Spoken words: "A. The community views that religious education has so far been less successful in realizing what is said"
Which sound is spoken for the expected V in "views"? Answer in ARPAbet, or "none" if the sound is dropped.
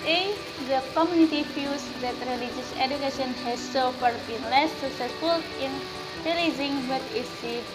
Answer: F